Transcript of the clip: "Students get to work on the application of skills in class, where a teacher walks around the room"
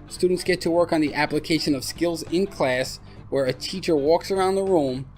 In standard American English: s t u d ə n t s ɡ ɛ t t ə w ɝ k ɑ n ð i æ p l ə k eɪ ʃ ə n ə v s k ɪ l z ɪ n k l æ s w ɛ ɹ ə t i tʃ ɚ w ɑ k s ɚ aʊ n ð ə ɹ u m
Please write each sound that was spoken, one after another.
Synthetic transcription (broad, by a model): s t u d n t s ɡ ɛ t t ə w ɝ k n ð i æ p l ə k eɪ ʃ ə n ə v s k ɪ l z ɪ n k l æ s w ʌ ɹ ə t i tʃ ɚ w ɑ k s ɚ aʊ n ð ə ɹ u m